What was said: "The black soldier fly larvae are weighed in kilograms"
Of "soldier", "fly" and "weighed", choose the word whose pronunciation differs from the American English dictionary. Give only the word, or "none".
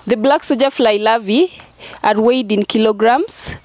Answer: soldier